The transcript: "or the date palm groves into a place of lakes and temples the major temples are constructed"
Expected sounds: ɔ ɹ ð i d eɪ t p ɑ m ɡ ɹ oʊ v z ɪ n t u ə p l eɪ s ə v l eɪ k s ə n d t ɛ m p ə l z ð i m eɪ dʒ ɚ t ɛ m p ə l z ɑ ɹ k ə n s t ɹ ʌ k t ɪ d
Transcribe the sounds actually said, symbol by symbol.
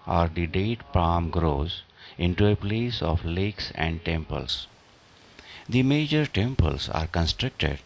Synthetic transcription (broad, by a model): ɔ ɹ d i d eɪ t p ɑ m ɡ ɹ oʊ z ɪ n t u ə p l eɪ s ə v l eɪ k s ə n d t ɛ m p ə l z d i m eɪ dʒ ɚ t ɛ m p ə l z ɑ ɹ k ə n s t ɹ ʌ k t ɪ d